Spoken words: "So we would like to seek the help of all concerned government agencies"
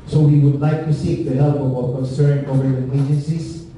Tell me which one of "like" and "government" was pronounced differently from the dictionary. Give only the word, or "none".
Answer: government